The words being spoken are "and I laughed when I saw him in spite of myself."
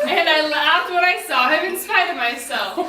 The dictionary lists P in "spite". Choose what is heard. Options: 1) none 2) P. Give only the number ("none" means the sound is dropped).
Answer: 1